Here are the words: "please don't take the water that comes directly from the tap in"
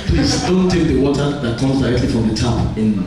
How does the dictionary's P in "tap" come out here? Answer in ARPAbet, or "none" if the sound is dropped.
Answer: none